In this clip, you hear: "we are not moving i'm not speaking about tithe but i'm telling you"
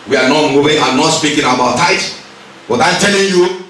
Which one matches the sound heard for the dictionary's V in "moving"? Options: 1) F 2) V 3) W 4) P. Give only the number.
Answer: 3